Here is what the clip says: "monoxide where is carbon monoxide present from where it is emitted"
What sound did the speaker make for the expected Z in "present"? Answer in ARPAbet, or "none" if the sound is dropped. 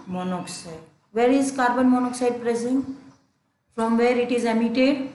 S